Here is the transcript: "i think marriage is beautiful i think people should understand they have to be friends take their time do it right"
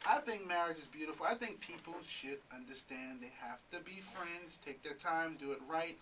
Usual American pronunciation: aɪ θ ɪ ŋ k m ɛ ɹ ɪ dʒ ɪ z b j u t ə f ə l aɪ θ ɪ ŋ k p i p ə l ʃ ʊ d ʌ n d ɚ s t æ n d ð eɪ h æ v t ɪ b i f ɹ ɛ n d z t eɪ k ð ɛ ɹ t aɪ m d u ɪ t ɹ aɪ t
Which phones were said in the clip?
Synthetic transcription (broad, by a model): aɪ θ ɪ ŋ k m ɛ ɹ ɪ dʒ ɪ z b j u t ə f l aɪ θ ɪ ŋ k p i p l ʃ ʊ d ʌ n d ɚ s t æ n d ð eɪ h æ f t ɪ b i f ɹ ɛ n d z t eɪ k ð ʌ ɹ t aɪ m d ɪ ɪ t ɹ aɪ t